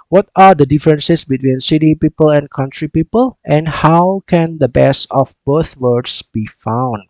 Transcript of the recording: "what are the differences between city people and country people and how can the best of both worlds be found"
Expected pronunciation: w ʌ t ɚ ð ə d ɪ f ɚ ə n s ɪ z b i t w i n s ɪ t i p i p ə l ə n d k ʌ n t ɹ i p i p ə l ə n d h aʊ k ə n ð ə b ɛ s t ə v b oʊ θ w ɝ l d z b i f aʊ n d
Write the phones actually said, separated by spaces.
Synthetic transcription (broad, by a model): w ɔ t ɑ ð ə d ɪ f ɚ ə n s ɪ s b i t w i n s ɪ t i p i p ə l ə n k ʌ n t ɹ i p i p ə l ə n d h aʊ k ə n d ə b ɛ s ə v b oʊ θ w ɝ d s b i f aʊ n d